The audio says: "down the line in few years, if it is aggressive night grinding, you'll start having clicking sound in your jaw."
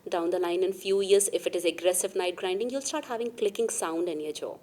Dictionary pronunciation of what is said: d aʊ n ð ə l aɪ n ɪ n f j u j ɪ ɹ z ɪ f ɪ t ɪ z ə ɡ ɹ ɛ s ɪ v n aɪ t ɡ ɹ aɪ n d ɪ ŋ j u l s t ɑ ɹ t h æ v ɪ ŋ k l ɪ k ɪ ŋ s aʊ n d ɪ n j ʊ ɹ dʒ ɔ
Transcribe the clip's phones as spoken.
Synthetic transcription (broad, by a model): d aʊ n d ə l aɪ n ɪ n f j u j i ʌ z ɪ f ɪ t ɪ z ə ɡ ɹ ɛ s ɪ v n aɪ t ɡ ɹ aɪ n d ɪ ŋ j u l s t ɑ ɹ t h æ v ɪ ŋ k l ɪ k ɪ ŋ s aʊ n d ɪ n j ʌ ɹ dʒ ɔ